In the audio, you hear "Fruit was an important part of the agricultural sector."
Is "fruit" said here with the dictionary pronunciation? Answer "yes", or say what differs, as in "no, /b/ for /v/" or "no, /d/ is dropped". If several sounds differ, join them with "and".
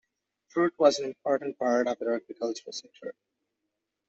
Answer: yes